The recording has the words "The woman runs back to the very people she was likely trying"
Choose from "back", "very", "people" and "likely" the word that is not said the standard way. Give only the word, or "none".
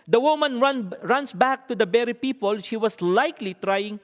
very